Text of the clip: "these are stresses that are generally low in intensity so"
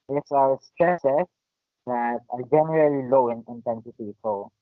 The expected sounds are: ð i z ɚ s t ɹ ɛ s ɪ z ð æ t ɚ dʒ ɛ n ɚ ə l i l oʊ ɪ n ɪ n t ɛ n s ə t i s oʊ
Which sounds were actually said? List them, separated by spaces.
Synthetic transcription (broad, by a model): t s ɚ s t ɛ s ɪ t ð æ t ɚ dʒ ɛ n ɚ ə l i l oʊ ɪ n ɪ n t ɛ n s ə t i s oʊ